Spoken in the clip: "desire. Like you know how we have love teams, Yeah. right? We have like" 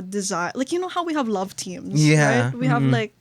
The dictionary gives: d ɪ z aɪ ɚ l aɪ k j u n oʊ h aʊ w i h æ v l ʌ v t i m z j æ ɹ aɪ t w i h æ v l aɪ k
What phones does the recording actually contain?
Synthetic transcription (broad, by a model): d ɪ z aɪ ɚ l aɪ k j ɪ n oʊ h aʊ w i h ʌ v l ʌ v t i m z j æ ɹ aɪ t w i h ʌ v l aɪ k